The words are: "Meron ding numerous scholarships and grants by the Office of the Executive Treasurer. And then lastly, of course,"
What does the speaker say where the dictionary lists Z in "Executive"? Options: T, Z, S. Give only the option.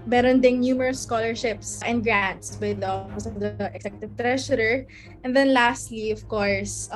S